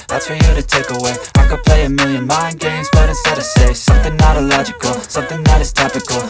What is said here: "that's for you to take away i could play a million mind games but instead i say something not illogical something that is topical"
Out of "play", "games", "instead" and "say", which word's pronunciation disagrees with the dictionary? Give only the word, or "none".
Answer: instead